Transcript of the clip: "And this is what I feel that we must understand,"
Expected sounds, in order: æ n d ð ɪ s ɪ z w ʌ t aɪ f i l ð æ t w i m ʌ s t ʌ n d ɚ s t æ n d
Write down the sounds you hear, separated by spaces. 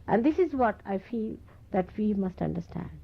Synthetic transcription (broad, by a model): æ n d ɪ s ɪ z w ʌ t aɪ f i l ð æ t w i m ʌ s t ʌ n d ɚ s t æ n d